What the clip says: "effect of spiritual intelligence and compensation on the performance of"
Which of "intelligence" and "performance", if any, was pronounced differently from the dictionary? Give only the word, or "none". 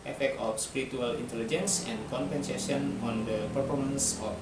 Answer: none